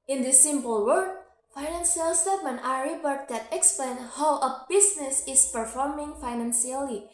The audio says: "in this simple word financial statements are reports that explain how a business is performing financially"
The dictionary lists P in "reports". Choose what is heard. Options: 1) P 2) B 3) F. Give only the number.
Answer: 2